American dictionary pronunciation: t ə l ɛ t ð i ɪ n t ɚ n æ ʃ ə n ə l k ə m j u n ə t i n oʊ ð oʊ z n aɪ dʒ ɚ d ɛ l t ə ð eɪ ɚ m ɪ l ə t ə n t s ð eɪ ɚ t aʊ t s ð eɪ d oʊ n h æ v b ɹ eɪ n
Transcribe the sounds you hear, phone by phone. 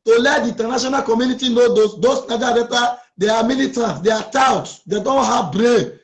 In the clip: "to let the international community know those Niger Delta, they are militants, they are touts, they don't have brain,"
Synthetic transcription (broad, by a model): t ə l ɛ t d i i n t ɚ n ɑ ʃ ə n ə l k ə m j u n ə t i n oʊ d oʊ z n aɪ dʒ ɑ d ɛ t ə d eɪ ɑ m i l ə t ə n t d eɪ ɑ t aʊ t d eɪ d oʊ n h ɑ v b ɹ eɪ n